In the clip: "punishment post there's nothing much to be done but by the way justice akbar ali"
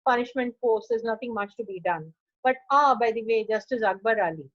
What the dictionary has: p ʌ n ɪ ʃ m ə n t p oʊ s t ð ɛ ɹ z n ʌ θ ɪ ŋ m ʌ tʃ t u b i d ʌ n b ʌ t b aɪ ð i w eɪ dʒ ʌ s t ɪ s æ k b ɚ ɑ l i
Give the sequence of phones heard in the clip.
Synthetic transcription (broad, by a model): p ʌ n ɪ ʃ m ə n t f oʊ t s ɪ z n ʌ t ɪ ŋ m ʌ tʃ t u b i d ʌ n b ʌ t b aɪ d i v eɪ dʒ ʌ s t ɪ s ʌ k b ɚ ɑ l i